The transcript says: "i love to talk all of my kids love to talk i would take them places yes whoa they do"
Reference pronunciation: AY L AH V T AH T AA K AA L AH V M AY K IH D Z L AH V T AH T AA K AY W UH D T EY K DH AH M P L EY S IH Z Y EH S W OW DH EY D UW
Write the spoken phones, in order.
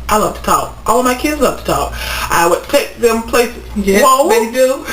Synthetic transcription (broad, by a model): AY L AH V T AH T AA K AA L AH V M AY K IH D Z L AH V T AH T AA K AY W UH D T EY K DH AH M P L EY IH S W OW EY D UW